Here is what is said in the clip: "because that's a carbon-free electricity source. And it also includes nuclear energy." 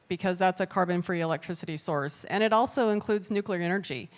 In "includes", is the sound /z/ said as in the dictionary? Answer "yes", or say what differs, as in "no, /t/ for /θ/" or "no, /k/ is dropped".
yes